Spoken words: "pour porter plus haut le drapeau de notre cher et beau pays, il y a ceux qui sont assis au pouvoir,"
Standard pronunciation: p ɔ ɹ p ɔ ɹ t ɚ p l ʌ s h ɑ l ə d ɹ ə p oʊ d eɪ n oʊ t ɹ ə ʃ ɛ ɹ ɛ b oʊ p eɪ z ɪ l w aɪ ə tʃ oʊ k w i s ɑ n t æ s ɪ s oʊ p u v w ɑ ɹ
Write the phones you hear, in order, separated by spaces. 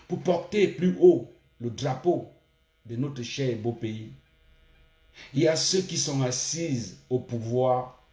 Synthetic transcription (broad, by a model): p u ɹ p ɔ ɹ t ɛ p l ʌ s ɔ l ə d ɹ ə p oʊ d eɪ n oʊ t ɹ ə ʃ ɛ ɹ ɛ b oʊ p eɪ i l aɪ ə s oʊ k i s ɑ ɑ s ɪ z oʊ p u v w ɑ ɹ